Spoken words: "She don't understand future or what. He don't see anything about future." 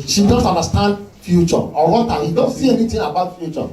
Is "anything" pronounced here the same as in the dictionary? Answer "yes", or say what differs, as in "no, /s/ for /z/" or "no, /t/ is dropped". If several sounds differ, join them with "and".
no, /t/ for /θ/